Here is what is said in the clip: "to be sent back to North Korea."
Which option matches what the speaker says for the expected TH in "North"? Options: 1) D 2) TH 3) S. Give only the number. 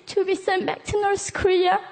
3